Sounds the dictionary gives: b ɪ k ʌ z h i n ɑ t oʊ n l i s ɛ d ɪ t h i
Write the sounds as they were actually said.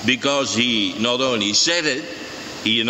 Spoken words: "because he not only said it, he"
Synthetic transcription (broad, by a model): b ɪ k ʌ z h i n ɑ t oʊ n i s ɛ d ɪ t h i